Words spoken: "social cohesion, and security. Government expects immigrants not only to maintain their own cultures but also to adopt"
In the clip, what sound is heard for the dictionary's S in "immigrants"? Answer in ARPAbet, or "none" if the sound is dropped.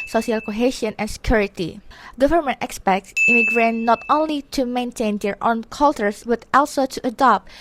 none